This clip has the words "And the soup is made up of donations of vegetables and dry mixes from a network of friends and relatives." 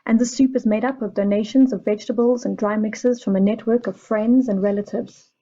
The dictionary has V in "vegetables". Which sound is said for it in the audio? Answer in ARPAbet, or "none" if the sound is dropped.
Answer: V